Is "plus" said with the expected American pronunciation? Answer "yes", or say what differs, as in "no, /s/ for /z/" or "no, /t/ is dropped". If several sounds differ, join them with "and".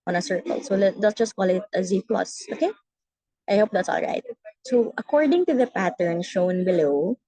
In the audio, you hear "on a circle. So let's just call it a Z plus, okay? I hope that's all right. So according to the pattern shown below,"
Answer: yes